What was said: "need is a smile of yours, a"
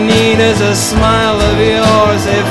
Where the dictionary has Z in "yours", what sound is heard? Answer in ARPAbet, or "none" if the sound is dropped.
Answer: Z